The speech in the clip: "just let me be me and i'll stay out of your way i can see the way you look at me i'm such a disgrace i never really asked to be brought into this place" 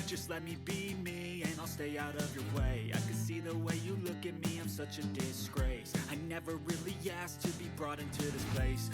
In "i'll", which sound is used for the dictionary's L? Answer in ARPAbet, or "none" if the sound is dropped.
L